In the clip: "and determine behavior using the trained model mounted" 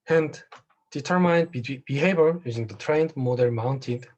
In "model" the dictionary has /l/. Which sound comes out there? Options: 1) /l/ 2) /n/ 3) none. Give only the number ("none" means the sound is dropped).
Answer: 2